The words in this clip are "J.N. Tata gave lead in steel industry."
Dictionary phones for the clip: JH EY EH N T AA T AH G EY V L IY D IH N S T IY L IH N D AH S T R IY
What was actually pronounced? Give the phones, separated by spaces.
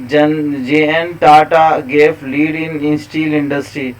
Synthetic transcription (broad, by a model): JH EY EH N T AA T AH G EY P L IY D IH N S T IY L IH N D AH S T R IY